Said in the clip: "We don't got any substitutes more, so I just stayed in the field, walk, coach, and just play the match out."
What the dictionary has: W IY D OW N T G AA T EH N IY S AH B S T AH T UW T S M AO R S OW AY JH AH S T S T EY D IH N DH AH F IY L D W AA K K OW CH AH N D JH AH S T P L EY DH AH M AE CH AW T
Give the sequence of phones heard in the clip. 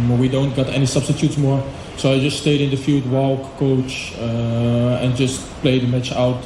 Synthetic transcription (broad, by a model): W IY D OW N T G AA T EH N IY S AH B S T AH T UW T S M AO R S OW AY JH AH S T S T EY D IH N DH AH F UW D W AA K K OW CH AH N JH AH S T P L EY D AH M AE CH AW T